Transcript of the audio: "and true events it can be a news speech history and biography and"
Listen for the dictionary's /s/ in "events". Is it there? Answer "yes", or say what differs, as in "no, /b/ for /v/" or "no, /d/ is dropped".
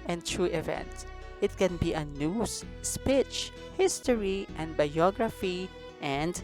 no, /s/ is dropped